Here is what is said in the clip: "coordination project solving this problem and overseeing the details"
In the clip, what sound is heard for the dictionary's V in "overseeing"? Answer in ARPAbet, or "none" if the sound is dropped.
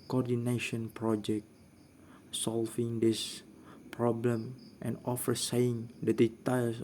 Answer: F